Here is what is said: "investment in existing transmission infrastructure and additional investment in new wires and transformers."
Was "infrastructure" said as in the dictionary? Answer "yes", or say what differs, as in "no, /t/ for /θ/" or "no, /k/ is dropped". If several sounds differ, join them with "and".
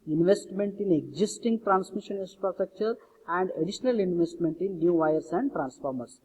no, /p/ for /f/ and /ɹ/ is dropped